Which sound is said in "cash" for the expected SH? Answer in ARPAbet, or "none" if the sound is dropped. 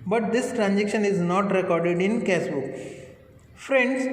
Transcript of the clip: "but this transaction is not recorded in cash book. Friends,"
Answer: S